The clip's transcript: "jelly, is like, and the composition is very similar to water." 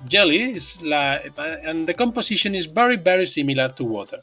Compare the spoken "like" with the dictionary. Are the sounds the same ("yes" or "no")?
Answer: no